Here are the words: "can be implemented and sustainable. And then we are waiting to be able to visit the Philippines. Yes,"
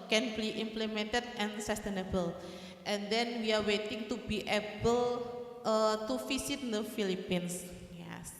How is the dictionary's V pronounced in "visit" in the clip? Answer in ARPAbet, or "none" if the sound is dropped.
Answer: F